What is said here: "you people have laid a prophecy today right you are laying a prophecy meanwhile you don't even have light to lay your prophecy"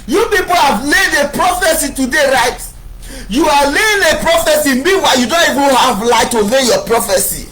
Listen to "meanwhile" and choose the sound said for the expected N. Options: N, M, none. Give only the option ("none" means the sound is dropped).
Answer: none